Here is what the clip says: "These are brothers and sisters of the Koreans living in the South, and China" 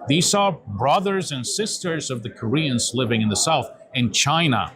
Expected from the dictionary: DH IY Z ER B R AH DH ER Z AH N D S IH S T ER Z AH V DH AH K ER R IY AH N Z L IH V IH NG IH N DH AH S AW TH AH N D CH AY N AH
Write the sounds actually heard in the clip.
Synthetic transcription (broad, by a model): DH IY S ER B R AH DH ER Z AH N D S IH S T ER Z AH V DH AH K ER R IY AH N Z L IH V IH NG IH N DH AH S AW TH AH N CH AY N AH